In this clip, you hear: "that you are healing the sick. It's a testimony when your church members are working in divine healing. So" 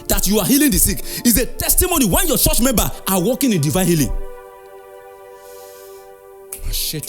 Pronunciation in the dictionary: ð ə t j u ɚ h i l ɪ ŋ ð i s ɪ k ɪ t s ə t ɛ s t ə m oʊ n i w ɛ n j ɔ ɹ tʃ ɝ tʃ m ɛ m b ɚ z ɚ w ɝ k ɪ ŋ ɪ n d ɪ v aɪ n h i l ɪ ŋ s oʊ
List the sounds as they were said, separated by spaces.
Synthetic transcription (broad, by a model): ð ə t j u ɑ h i l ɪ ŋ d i s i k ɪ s ə t ɛ s t ə m oʊ n i w ɛ n j ɔ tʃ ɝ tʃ m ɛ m b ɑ ɑ w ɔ k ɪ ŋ ɪ n d ɪ v aɪ n h i l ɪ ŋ